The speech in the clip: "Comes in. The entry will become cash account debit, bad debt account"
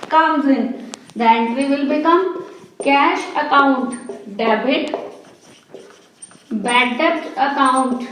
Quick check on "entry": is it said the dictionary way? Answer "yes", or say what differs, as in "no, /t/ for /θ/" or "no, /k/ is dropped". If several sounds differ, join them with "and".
no, /n/ is dropped